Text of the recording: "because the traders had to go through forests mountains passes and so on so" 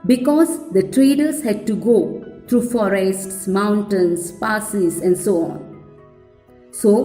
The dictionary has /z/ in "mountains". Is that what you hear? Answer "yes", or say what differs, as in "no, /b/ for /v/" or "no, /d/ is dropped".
no, /s/ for /z/